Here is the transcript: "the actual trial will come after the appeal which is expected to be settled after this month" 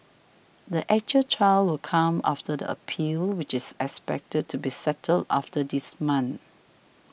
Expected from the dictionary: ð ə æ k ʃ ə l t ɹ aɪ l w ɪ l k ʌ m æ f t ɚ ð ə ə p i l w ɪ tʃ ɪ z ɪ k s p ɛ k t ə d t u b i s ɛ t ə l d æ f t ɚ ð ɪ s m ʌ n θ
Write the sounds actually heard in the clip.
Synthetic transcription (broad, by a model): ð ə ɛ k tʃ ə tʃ aɪ l w ɪ l k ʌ m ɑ f t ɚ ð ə ə p i l w ɪ tʃ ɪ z ɪ k s p ɛ k t ə d t u b i s ɛ t ə l d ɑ f t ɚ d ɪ s m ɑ n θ